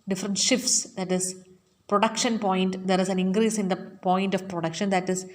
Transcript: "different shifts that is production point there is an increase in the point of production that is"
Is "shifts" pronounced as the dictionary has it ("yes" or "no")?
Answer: yes